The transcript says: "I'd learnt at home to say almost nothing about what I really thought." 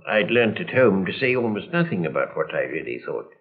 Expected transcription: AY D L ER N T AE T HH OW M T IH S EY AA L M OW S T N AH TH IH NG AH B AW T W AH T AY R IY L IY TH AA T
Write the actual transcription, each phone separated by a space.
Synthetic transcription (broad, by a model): AY D L ER N T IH T HH OW M T IH S EY AA L M OW S T N AH TH IH NG AH B AW T W AH T AY R IY L IY TH AA T